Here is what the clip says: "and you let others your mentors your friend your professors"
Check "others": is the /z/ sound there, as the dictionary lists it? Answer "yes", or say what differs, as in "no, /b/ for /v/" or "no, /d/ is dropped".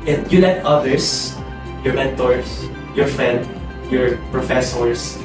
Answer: no, /s/ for /z/